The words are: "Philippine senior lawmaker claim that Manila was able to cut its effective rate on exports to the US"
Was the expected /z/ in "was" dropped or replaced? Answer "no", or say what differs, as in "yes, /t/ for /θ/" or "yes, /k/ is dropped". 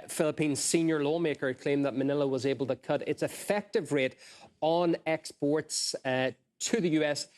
no